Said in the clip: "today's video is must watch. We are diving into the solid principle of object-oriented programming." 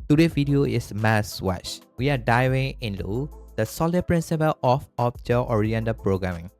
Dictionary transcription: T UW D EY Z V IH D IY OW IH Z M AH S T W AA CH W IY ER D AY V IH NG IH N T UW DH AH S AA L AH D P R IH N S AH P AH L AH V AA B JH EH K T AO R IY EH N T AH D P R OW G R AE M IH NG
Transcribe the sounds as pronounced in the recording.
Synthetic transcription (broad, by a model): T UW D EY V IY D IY OW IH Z M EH S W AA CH W IY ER D AY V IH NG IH N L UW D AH S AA L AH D P R IH N S AH P AH L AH F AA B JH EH T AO R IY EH N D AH P R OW G R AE M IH NG